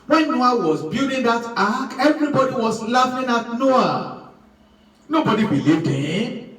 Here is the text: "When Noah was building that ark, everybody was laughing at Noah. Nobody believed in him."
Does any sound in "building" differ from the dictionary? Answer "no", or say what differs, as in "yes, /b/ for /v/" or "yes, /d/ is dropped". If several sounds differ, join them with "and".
yes, /l/ is dropped